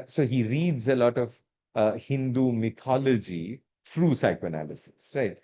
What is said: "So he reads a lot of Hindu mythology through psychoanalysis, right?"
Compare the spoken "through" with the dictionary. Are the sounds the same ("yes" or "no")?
no